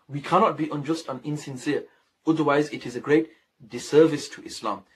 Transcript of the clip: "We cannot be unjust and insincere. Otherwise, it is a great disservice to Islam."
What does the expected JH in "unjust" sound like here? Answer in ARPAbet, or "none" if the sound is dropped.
JH